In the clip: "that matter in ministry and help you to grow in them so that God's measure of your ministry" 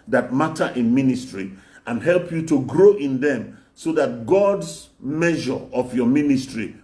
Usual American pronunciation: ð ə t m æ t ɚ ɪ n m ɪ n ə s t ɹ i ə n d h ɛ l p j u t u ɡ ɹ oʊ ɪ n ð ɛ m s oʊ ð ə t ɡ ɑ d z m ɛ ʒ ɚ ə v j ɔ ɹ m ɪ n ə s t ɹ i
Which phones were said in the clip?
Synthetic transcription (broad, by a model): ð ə t m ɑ t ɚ ɪ n m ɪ n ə s t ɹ i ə n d h ɛ l p j u t u ɡ ɹ oʊ ɪ n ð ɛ m s oʊ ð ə t ɡ ɑ d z m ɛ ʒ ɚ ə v j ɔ m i n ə s t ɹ i